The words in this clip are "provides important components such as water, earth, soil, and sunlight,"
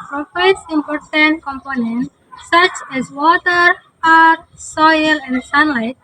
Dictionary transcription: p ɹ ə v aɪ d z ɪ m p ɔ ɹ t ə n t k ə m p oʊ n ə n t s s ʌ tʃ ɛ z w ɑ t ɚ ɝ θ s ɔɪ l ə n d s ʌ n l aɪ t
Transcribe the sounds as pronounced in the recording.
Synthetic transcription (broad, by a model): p ɹ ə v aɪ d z ɪ m p ɔ ɹ t ə n t k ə m p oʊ n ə n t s s ʌ tʃ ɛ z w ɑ t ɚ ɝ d s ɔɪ l ə n d s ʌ n l aɪ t